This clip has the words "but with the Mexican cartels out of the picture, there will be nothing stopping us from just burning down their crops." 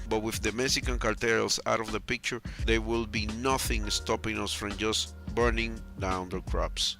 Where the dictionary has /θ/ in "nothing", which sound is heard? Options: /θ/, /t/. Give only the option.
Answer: /θ/